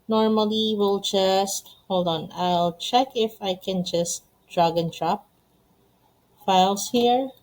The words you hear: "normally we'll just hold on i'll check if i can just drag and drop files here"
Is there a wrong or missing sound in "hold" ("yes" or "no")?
no